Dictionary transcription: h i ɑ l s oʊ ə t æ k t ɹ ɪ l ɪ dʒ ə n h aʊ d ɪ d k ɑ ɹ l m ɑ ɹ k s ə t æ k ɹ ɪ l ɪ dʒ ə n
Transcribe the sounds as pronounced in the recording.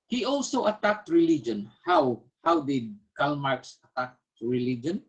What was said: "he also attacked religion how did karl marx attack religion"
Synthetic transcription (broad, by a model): h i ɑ l s oʊ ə t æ k t ɹ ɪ l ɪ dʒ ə n h aʊ d ɪ d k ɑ l m ɑ ɹ k s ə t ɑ k ɹ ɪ l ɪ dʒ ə n